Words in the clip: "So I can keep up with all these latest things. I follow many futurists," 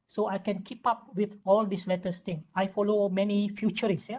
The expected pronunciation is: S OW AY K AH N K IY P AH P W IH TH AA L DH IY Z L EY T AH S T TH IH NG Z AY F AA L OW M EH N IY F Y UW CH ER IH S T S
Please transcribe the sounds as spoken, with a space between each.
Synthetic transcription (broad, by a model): S OW AY K AH N K IY P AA P W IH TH AA L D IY S L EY T AH S T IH NG AY F AA L OW M EH N IY F Y UW CH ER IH S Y